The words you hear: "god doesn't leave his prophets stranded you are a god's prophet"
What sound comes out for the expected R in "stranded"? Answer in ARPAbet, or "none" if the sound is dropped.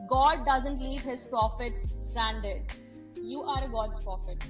R